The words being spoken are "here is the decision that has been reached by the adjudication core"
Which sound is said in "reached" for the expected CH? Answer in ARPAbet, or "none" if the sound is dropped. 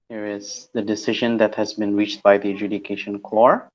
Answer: CH